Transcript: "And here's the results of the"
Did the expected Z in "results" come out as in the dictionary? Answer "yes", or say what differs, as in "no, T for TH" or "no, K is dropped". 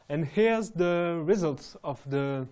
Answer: yes